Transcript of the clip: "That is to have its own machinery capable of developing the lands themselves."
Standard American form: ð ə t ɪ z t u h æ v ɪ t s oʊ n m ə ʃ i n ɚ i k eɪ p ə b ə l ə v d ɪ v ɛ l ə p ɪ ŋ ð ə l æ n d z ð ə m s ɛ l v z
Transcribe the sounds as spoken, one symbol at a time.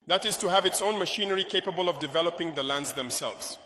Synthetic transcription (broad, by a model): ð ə t ɪ z t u h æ v ɪ t s oʊ n m ə ʃ i n ɚ i k eɪ p ə b ə l ə v d ɪ v ɛ l ə p ɪ ŋ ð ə l æ n d z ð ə m s ɛ l v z